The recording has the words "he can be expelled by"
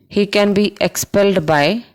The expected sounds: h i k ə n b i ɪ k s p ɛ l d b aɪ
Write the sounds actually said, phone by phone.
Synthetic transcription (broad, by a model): h i k ə n b i ɪ k s p ɛ l d b aɪ